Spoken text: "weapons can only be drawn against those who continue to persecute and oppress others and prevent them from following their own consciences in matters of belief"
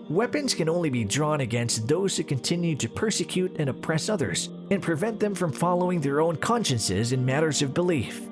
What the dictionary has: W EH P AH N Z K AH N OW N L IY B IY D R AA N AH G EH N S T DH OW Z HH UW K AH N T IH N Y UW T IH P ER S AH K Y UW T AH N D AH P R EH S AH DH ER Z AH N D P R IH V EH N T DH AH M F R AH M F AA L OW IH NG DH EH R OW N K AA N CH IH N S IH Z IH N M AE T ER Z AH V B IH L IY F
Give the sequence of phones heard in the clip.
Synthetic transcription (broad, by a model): W EH P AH N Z K AH N OW N L IY B IY D R AA N AH G EH N S T DH OW Z HH UW K AH N T IH N Y UW T IH P ER S AH K Y UW T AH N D AH P R EH S AH DH ER Z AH N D P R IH V EH N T DH AH M F R AH M F AA L OW IH NG DH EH R OW N K AA N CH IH N S IH Z IH N M AE T ER Z AH V B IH L IY F